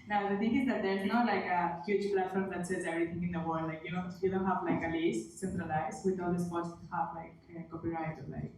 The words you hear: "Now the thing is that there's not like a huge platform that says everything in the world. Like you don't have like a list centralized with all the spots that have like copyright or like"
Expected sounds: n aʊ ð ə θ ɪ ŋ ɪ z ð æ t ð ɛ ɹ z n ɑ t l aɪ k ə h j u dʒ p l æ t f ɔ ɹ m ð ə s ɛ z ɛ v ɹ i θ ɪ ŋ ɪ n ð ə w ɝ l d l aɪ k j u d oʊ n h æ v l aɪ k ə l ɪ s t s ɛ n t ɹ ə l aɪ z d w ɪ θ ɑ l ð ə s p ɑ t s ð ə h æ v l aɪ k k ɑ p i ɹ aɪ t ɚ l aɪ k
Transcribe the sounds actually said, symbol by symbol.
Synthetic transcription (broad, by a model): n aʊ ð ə t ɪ ŋ ɪ z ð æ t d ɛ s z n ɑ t l aɪ k ə h j u dʒ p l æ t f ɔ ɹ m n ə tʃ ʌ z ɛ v ɹ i t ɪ ŋ ɪ n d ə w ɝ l d l aɪ k j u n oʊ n h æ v l aɪ k ə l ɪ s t s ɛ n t ɹ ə l aɪ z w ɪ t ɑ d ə s p ɑ t s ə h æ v l aɪ k k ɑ p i ɹ aɪ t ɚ l aɪ k